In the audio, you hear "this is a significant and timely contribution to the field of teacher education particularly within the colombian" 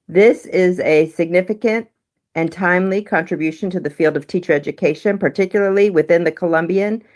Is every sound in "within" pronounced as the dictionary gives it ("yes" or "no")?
yes